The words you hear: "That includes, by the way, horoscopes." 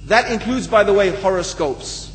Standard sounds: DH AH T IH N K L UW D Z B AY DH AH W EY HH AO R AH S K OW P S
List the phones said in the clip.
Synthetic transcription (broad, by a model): DH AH T IH N K L UW D Z B AY DH AH W EY HH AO R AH S K OW P S